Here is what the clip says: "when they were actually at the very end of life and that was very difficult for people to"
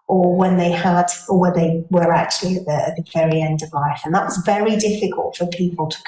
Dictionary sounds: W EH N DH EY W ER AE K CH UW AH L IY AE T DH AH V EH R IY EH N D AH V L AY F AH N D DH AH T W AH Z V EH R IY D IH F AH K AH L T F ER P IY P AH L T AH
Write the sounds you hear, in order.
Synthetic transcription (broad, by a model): W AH N DH EY W ER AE K CH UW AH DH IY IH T DH AH V EH R IY EH N D AH V L AY F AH N DH AH T W AH Z V EH R IY D IH F AH K AH L T F ER P IY P AH L T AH